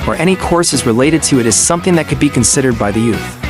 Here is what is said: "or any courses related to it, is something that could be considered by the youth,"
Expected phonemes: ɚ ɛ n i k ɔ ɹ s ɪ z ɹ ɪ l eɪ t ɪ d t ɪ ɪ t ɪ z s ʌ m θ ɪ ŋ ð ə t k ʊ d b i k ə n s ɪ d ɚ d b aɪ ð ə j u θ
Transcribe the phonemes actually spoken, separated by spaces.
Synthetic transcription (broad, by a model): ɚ ɛ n i k ɔ ɹ s ɪ z ɹ ɪ l eɪ t ɪ d t ɪ ɪ t ɪ z s ʌ m θ ɪ ŋ ð ə t k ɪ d b i k ə n s ɪ d ɚ d b aɪ ð ə j u θ